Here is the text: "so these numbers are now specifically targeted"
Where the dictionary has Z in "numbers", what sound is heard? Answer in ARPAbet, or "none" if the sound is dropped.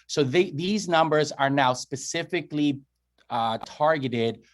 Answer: Z